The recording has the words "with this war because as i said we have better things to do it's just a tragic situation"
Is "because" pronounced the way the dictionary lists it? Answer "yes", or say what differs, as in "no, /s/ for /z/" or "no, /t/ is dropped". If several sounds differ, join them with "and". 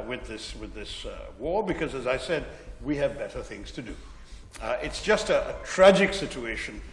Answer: yes